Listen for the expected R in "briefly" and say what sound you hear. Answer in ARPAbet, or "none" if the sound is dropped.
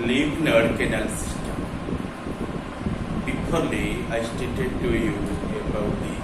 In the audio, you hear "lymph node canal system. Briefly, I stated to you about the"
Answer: none